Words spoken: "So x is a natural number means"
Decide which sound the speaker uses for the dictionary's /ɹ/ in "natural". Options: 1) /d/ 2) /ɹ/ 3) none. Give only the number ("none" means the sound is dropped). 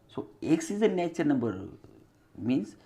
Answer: 3